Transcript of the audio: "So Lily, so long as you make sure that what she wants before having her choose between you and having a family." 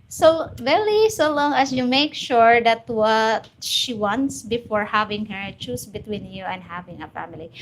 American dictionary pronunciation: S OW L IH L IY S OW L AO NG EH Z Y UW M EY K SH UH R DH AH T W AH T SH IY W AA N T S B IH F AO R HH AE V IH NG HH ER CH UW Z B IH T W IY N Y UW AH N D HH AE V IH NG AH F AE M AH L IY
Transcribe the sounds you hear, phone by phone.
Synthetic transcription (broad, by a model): S OW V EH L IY S OW L AO NG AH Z Y UW M EY K SH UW R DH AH T W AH T SH IY W AA N T S B IH F AO R HH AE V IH NG HH ER CH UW S B IH T W IY N Y UW AH N D HH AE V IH NG AH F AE M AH L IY